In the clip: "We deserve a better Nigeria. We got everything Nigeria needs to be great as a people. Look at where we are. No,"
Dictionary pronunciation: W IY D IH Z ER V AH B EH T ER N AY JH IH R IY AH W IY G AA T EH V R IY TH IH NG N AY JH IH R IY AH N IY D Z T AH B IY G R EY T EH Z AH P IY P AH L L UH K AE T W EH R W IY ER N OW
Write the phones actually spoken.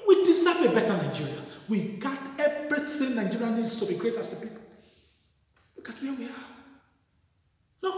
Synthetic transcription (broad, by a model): W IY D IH S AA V AH B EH T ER N AY JH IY R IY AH W IY G AA T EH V R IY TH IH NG N AY JH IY R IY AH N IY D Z T AH B IY G R EY T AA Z AH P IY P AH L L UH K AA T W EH W IY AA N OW